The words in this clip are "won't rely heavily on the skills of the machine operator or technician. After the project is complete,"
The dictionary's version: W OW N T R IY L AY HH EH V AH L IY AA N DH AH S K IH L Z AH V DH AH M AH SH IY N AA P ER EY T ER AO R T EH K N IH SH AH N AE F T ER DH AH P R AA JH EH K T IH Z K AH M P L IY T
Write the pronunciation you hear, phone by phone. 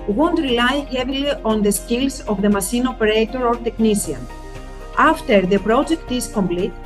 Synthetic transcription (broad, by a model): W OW N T R IY L AY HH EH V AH L IY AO N DH AH S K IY L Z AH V DH AH M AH S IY N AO P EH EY T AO AO R T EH K N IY S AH N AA F T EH DH AH P R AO JH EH K T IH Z K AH M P L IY T